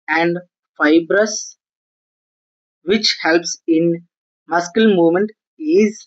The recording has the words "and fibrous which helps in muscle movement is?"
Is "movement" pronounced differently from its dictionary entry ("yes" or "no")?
yes